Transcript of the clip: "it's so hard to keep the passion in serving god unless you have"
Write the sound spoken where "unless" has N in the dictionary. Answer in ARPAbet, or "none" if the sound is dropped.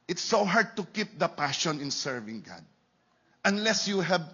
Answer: N